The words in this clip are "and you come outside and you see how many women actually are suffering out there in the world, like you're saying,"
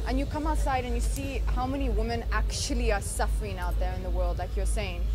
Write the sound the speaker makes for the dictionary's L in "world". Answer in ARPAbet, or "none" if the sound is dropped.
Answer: L